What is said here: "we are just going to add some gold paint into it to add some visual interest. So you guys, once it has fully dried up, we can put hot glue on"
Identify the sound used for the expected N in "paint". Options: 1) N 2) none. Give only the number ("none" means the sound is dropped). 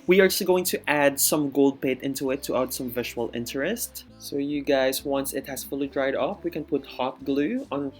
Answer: 2